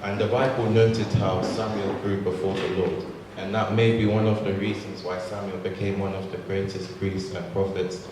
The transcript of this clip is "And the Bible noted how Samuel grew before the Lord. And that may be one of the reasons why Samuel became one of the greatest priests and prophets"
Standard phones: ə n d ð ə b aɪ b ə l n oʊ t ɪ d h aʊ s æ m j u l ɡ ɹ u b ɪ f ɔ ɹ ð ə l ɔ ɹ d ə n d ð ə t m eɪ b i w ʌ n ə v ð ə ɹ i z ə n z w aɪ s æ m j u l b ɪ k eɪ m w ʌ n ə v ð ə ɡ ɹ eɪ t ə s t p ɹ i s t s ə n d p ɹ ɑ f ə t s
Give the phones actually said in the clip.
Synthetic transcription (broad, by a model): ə n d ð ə b aɪ b ə l n oʊ t ɪ d h aʊ s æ m j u l ɡ ɹ u b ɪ f ɔ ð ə l ɔ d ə n ð ə t m eɪ b i w ʌ n ə v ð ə ɹ i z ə n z w aɪ s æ m j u l b ɪ k eɪ m w ʌ n ə v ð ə ɡ ɹ eɪ t ə s t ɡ ɹ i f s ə n p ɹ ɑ f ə t s